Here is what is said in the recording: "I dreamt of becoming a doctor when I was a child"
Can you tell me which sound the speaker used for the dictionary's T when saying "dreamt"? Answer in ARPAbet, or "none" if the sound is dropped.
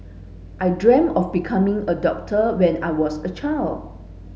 none